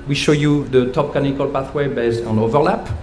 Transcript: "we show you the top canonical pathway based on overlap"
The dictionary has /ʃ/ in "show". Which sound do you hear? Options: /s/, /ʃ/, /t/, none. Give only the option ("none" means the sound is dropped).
/ʃ/